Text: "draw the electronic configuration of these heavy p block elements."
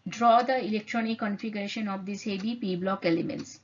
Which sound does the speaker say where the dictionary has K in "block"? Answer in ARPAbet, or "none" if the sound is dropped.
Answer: K